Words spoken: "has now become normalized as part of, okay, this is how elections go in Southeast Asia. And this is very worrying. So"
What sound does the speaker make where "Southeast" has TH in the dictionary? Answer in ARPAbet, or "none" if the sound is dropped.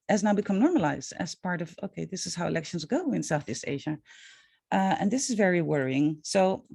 TH